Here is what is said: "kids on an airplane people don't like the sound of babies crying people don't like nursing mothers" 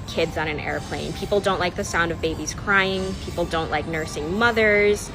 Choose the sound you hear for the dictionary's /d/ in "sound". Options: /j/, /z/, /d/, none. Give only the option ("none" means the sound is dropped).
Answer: /d/